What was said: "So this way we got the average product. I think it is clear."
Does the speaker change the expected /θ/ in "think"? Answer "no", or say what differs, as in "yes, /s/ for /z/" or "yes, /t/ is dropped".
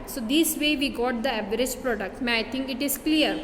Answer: yes, /t/ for /θ/